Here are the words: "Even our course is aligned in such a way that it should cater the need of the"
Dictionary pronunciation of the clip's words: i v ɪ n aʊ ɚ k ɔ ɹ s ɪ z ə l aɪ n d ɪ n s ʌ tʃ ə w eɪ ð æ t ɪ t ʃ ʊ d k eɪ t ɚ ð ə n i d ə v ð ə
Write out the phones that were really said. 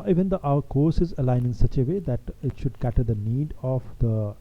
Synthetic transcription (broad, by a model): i v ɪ n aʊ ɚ k ɔ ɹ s ɪ z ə l aɪ n ɪ n s ʌ tʃ ə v eɪ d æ t ɪ t ʃ ʊ d k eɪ t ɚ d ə n i d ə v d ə